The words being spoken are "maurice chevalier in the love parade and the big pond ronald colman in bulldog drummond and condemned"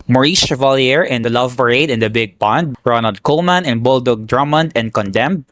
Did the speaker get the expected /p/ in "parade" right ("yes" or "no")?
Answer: no